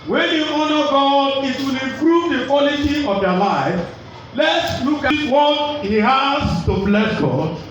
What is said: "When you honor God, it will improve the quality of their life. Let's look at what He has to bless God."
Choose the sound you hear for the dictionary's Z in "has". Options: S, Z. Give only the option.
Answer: S